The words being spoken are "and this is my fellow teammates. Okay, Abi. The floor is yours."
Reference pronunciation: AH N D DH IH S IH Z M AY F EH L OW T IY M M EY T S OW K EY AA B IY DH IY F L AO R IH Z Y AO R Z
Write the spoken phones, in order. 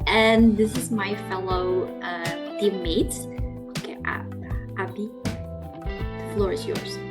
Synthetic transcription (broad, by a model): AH N DH IH S IH Z M AY F EH L OW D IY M M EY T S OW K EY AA IY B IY F L AO R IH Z Y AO R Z